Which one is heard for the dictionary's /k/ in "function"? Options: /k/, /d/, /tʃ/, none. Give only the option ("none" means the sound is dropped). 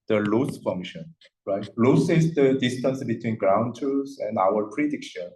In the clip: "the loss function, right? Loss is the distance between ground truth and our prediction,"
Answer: none